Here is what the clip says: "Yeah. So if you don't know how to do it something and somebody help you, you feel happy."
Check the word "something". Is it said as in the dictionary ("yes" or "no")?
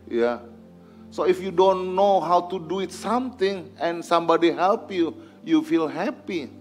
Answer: no